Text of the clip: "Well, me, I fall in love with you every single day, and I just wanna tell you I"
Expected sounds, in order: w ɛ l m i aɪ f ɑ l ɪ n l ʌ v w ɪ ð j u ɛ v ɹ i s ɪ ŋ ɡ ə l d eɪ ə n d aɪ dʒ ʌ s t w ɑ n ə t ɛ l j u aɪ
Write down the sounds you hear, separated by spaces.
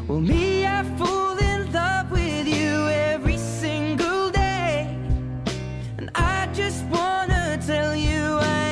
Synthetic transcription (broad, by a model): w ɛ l m i aɪ f ɑ l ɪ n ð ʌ p w ɪ ð j u ɛ v ɹ i s ɪ ŋ ɡ ə l d eɪ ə n aɪ dʒ ʌ s t w ɑ n ə t ɛ l j u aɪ